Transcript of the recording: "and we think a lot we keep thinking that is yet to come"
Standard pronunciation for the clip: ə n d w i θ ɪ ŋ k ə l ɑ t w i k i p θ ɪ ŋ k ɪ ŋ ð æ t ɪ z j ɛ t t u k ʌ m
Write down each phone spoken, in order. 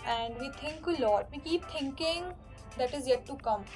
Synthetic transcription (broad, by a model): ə n d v i t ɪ ŋ k ə l ɑ t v i k i p t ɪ ŋ k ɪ ŋ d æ t ɪ z j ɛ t t u k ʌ m